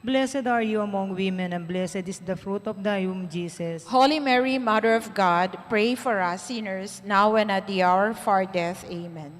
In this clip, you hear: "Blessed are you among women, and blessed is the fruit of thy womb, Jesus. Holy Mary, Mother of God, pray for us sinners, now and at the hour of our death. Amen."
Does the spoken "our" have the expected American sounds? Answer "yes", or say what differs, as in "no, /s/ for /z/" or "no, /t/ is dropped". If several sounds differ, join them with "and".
yes